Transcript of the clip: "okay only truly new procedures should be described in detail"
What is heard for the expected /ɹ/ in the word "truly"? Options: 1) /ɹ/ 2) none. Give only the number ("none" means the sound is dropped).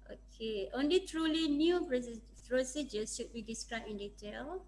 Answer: 1